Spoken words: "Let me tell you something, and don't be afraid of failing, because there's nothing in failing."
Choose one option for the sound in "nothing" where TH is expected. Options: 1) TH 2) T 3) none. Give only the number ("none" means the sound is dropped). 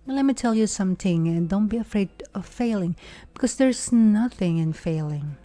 1